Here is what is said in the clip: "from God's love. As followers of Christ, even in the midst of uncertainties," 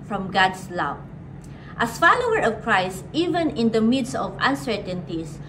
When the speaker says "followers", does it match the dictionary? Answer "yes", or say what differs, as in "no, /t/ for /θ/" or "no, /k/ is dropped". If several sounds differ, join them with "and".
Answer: no, /z/ is dropped